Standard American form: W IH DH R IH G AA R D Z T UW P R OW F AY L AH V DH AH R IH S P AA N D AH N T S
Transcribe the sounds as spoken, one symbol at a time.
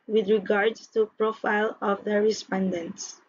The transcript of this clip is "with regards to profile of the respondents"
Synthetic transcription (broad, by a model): W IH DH R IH G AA R D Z T UW P R OW F AY L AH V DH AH R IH S P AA N D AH N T S